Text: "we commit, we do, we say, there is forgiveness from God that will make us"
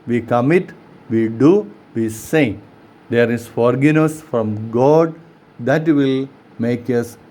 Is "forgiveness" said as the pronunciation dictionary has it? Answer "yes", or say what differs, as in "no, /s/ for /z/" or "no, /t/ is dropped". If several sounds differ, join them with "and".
no, /v/ is dropped